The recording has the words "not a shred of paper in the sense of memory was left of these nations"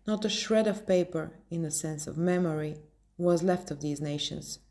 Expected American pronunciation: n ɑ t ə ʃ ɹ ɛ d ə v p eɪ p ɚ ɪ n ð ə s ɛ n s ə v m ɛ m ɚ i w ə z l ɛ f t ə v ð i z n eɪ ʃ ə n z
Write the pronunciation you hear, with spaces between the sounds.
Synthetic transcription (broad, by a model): n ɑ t ə ʃ ɹ ɛ d ə v p eɪ p ɚ ɪ n ð ə s ɛ n s ə v m ɛ m ɚ i w ə z l ɛ f t ə v ð i z n eɪ ʃ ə n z